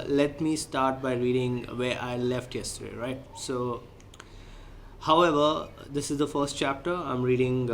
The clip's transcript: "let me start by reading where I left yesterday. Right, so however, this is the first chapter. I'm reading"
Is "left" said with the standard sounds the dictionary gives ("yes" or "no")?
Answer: yes